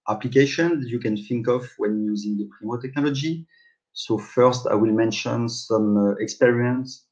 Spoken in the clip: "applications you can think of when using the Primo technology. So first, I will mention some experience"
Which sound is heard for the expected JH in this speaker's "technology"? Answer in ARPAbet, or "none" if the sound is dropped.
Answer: JH